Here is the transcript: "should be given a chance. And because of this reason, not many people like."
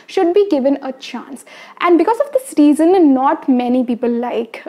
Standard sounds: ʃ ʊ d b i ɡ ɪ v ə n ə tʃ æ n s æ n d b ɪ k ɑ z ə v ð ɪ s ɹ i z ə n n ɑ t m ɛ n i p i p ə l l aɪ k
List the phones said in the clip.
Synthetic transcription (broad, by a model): ʃ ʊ d b i ɡ ɪ v ə n ə tʃ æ n s æ n d b ɪ k ɑ z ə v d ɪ s ɹ i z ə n n ɑ t m ɛ n i p i p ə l l aɪ k